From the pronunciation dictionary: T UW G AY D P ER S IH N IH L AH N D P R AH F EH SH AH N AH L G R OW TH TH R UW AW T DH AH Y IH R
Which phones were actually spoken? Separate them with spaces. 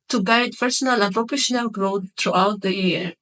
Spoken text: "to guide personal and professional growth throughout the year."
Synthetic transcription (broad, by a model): T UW G AY D P ER S IH N IH L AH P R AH P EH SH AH N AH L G R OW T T R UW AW T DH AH Y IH R